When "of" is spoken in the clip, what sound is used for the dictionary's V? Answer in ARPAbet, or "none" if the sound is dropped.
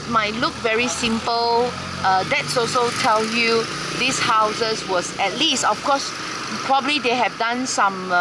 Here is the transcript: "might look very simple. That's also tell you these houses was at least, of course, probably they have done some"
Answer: F